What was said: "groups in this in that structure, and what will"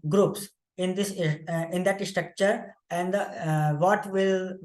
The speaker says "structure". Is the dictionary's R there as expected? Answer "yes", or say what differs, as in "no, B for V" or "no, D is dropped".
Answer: yes